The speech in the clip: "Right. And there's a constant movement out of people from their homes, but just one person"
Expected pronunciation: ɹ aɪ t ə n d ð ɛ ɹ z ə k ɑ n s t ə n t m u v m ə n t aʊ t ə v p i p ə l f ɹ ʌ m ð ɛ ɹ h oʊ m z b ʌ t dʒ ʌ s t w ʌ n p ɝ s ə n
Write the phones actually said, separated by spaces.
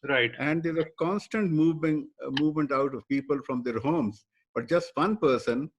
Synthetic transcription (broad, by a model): ɹ aɪ t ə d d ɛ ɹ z ə k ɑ n s t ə n t m u v m ə n t aʊ t ə v p i p ə l f ɹ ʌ m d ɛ ɹ h oʊ m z b ʌ t dʒ ʌ s t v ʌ n p ɝ s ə n